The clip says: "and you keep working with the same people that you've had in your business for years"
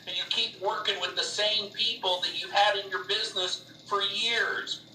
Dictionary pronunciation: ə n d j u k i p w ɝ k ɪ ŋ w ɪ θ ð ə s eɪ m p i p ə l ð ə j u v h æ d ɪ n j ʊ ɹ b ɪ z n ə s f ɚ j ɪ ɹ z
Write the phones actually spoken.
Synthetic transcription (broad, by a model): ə n j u k i p w ɝ k ɪ ŋ w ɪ ð ə s eɪ m p i p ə l ð ə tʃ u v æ d ɪ n j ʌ ɹ b ɪ z n ə s f ɚ j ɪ ɹ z